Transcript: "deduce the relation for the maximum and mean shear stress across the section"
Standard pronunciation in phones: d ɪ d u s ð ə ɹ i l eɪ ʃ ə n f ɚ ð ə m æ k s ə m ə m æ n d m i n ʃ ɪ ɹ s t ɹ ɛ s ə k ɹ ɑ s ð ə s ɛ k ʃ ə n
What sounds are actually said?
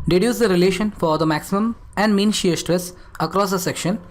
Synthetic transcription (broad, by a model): d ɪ d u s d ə ɹ i l eɪ ʃ ə n f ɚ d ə m æ k s ə m ə m æ n d m i n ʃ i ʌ s t ɹ ɛ s ə k ɹ ɑ s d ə s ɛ k ʃ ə n